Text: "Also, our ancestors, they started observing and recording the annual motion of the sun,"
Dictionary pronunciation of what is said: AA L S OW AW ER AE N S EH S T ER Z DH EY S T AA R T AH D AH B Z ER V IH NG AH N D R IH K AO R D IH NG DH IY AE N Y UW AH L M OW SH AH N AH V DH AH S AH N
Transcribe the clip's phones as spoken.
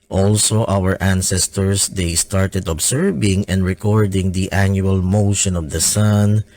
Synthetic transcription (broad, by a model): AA L S OW AW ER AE N S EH S T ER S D EY S T AA R T AH D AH B S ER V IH NG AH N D R IH K AO R D IH NG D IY AE N Y UW AH L M OW SH AH N AH V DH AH S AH N